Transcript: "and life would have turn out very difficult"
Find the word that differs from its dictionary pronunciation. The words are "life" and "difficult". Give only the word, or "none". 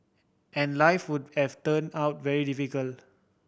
difficult